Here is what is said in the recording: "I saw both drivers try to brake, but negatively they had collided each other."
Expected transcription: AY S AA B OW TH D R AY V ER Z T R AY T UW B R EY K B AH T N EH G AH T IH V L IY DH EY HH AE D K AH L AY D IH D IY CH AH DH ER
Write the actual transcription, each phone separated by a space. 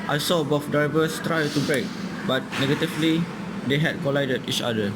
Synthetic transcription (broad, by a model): AY S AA B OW F D R AY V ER S T R AY T UW B R EY K B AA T N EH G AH T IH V L IY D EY HH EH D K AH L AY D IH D IY CH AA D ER